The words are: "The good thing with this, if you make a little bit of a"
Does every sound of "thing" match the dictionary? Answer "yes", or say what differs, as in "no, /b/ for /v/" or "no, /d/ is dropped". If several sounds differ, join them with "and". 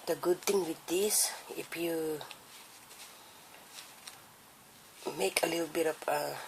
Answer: no, /t/ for /θ/